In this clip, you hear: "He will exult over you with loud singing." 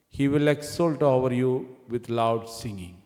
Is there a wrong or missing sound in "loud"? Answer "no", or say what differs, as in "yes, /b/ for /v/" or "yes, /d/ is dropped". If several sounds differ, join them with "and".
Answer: no